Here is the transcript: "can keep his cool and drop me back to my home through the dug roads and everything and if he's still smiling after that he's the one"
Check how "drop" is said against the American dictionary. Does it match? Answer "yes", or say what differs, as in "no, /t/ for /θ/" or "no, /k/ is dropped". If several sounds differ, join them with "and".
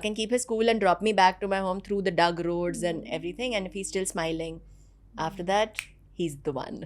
yes